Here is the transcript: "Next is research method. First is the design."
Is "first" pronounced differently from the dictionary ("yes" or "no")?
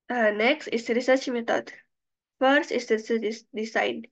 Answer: no